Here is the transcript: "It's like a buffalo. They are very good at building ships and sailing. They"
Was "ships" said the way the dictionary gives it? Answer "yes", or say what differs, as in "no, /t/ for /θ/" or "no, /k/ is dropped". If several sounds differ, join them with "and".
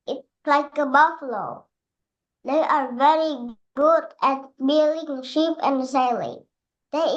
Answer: no, /s/ is dropped